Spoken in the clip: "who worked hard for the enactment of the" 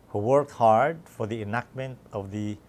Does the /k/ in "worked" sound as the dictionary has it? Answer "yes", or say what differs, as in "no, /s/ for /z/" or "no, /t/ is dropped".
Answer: yes